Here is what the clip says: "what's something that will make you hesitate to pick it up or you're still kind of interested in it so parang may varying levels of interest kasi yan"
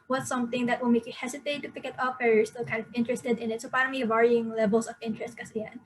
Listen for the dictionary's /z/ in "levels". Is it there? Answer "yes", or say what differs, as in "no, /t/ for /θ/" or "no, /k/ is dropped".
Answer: no, /s/ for /z/